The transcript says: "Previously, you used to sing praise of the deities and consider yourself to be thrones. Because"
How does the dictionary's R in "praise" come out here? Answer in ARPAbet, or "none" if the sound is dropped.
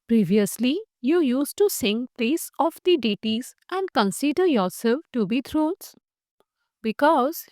L